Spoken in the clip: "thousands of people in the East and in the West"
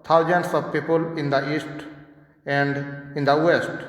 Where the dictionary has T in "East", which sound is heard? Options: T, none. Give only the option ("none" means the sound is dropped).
T